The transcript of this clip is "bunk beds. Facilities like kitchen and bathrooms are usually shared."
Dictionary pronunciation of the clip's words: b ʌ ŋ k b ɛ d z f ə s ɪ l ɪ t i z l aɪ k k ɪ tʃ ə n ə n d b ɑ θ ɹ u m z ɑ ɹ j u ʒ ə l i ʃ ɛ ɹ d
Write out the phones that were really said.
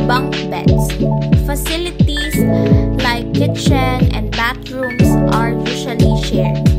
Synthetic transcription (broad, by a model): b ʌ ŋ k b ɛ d s f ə s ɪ l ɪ t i s l aɪ k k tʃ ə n ə n d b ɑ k ɹ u m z ɑ ɹ j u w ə l i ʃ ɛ ɹ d